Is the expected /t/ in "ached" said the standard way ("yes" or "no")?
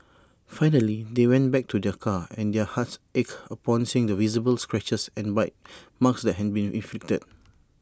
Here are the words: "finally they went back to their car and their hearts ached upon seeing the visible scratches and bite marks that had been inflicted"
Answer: no